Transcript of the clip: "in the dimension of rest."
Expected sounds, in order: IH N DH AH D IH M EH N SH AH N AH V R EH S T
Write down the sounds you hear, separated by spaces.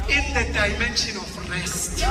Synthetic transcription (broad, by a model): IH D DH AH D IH M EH N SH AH N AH F R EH S T